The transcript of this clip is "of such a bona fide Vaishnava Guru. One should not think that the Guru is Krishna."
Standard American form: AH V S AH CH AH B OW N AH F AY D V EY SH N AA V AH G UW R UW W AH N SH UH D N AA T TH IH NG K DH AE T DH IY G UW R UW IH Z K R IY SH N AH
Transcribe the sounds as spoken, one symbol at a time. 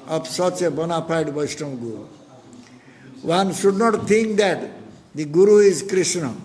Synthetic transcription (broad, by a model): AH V S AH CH AH B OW N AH P AY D B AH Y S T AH G UW R UW W AH N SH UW D N AA T T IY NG K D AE T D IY G UW R UW IH Z K R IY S N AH